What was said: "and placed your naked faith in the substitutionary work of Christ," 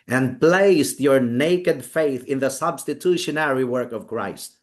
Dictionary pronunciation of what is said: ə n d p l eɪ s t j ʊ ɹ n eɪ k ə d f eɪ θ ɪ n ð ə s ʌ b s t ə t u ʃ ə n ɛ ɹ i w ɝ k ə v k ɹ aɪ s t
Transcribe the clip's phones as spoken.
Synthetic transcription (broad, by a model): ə n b l eɪ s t j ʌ ɹ n eɪ k ə d f eɪ θ ɪ n ð ə s ʌ b s t ə t u ʃ ə n ɛ ɹ i w ɝ k ə v k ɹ aɪ s t